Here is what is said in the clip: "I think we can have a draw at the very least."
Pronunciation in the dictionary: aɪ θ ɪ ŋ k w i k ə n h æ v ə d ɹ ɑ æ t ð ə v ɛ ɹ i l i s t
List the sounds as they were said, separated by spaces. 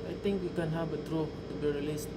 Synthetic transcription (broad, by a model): aɪ t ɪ ŋ k w i k ə n h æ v ə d ɹ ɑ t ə b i ɹ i l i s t